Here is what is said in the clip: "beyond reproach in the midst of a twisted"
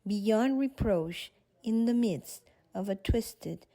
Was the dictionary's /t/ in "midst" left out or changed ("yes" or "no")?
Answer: no